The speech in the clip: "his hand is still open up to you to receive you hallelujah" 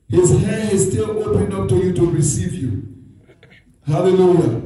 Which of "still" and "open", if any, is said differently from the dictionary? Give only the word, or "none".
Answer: none